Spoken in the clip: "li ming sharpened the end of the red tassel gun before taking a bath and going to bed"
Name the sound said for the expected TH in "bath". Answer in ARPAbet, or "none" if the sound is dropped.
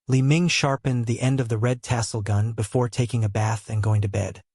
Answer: TH